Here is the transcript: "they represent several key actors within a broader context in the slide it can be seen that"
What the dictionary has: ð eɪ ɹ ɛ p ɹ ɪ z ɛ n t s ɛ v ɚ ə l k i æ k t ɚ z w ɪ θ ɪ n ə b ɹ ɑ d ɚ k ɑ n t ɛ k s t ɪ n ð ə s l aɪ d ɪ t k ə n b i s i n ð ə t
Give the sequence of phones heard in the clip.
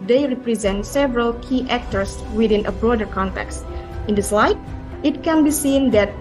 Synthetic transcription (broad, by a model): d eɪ ɹ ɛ p ɹ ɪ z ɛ n t s ɛ v ɚ ə l k i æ k t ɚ s w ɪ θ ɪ n ə b ɹ ɑ d ɚ k ɑ n t ɛ k s t ɪ n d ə s l aɪ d ɪ t k ə n b i s i n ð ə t